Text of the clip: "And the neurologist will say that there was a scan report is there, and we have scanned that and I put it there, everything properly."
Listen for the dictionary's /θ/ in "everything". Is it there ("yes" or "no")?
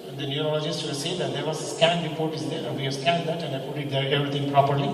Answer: no